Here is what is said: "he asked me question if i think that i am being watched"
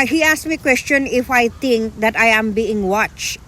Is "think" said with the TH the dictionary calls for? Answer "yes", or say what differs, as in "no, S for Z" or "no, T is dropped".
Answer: no, T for TH